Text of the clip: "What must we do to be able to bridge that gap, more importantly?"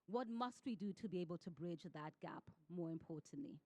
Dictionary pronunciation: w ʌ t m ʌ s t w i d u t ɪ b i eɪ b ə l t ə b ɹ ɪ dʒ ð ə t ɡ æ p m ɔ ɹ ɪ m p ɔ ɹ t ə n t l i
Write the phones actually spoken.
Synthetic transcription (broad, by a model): w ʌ t m ʌ s t w i d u t ɪ b i eɪ b ə l t ə b ɹ ɪ dʒ ð ə t ɡ æ p m ɔ ɹ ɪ m p ɔ ɹ t n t l i